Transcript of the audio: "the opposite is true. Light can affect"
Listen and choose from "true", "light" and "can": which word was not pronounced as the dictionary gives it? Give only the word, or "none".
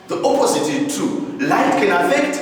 true